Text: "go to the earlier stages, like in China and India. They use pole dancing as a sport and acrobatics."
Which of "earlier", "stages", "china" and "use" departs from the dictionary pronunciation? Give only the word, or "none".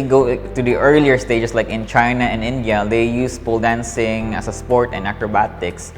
stages